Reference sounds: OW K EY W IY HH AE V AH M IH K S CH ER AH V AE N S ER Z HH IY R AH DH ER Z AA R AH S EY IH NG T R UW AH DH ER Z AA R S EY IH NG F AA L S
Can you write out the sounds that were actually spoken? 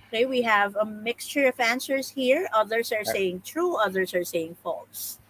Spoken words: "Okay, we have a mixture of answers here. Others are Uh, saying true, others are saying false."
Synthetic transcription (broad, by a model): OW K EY W IY HH AE V AH M IH K S CH ER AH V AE N S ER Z HH IY R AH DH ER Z AA R S EY IH NG T R UW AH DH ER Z AA R S EY IH NG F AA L S